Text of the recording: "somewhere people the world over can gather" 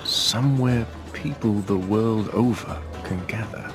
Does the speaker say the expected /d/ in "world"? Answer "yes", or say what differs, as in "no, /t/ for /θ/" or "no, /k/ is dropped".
yes